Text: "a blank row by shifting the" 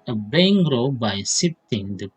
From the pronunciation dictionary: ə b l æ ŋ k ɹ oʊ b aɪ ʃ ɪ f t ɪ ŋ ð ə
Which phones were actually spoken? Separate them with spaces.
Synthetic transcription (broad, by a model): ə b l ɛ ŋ ɹ oʊ b aɪ s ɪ t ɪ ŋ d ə